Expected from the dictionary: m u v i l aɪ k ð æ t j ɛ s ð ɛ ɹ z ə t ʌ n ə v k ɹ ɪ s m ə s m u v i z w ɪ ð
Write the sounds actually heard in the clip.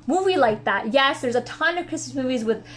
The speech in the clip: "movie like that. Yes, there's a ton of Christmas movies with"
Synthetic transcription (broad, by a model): m u v i l aɪ k ð æ t j ɛ s ð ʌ ɹ z ə t ʌ n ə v k ɹ ɪ s m ə s m u v i z w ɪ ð